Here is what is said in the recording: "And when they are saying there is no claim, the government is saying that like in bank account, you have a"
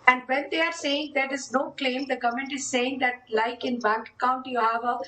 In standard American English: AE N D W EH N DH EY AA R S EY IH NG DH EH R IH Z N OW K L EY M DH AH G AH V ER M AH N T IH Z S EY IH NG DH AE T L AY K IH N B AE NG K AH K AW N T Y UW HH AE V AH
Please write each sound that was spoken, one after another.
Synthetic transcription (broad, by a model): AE N D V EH N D EY AA R S EY IH NG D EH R IH Z N OW K L EY M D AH G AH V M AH N T IH Z S EY IH NG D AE T L AY K IH N B AE NG K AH UH N T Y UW HH AE V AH